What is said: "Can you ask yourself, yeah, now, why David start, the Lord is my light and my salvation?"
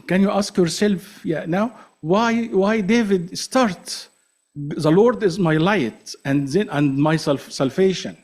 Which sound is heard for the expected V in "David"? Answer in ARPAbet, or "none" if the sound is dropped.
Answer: V